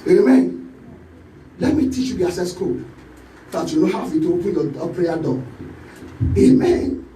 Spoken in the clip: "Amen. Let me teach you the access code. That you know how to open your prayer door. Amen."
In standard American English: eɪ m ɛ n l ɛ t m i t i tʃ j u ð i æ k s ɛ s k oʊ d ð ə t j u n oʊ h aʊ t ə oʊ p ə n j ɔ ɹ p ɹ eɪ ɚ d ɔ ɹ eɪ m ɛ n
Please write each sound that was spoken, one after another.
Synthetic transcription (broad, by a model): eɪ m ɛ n l ɛ t m i t i tʃ j u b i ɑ s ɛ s k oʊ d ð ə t j u n oʊ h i t ə oʊ p ə n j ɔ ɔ p ɹ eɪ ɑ d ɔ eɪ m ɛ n